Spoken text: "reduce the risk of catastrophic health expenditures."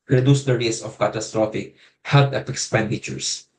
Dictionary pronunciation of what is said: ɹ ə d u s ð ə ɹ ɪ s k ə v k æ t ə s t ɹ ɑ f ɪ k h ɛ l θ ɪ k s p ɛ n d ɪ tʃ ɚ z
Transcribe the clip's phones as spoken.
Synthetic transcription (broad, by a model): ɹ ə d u s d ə ɹ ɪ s ə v k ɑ t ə s t ɹ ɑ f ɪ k h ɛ l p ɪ k s p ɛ n d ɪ tʃ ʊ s